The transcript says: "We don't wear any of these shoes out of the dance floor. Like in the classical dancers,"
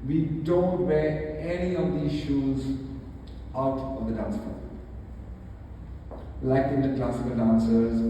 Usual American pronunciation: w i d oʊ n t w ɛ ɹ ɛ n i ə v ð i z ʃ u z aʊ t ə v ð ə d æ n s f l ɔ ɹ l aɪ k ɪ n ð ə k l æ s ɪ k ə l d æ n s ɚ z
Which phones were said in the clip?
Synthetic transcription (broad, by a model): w i d oʊ n t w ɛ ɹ ɛ n i ə v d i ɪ ʃ u z aʊ t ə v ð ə d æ n s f ɔ l aɪ k ɪ n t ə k l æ s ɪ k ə l d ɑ n s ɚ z